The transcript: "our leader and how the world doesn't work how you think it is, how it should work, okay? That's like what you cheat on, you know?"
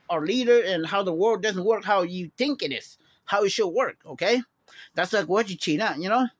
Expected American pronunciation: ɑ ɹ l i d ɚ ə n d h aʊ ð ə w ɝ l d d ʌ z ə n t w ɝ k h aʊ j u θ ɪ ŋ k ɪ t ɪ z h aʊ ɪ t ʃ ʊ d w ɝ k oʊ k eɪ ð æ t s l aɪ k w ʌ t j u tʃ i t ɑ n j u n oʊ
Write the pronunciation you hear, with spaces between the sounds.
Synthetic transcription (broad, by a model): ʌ ɹ l i d ɚ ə n h aʊ ð ə w ɝ l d d ʌ z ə n t w ɝ k h aʊ j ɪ θ ɪ ŋ k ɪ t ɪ s h aʊ ɪ t ʃ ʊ d w ɝ k oʊ k eɪ ð æ t s l aɪ k w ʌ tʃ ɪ tʃ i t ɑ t j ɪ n oʊ